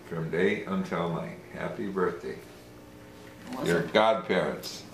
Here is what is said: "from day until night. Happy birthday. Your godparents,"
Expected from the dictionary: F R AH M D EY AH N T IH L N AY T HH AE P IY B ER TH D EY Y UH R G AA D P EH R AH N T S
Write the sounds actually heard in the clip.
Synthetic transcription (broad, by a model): F R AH M D EY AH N T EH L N AY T HH AE P IY B ER TH D EY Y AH R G AA D P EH R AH N T S